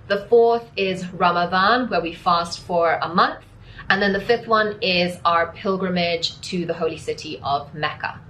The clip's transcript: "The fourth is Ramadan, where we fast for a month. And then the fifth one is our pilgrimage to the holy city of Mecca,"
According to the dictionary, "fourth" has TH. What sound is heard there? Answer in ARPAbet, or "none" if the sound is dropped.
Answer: TH